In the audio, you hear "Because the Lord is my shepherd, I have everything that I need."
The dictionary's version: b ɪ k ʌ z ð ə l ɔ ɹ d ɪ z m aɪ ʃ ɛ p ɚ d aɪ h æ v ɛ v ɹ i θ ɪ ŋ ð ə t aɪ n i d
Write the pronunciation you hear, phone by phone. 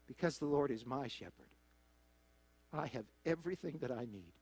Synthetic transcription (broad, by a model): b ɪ k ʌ z ð ə l ɔ ɹ d ɪ z m aɪ ʃ ɛ p ɚ d aɪ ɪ v ɛ v ɹ i θ ɪ ŋ ð ə t aɪ n i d